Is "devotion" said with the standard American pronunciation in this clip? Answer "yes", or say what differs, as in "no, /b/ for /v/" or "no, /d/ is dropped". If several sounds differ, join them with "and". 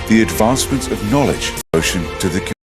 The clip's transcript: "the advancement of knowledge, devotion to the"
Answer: no, /v/ is dropped